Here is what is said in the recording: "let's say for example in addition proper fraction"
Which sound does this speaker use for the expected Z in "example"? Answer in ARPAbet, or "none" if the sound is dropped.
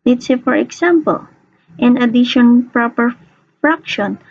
S